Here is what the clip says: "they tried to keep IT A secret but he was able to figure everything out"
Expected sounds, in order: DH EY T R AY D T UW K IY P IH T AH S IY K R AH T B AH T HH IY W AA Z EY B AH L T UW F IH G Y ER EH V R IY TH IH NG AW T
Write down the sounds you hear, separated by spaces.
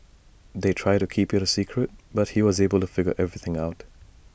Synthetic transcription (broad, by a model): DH EY T R AY D T UW K IY P IH T AH S IY K R AH T B AH T HH IY W AA Z EY B AH L T UW F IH G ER EH V R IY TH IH NG AW T